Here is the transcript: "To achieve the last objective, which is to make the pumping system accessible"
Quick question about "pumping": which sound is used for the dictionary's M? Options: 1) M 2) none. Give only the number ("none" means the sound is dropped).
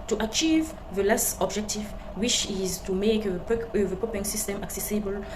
2